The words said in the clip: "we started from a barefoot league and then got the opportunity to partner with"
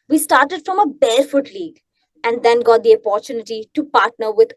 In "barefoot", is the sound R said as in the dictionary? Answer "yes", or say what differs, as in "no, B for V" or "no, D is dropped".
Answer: no, L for R